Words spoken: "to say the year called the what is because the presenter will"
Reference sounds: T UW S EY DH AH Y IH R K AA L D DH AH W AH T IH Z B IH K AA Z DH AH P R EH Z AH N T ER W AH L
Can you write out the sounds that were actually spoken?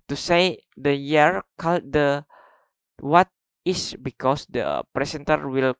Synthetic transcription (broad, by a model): T UW S EY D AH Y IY R K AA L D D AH W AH T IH S B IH K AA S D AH P R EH S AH N T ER W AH L